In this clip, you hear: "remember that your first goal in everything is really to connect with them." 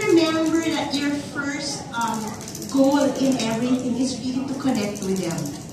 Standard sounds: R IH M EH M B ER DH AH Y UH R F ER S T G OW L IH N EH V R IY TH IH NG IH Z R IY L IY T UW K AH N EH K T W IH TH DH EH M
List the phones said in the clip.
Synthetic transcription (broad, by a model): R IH M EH M B ER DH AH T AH R F ER S T G OW L IH N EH R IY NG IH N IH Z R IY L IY T UW K AH N EH K T W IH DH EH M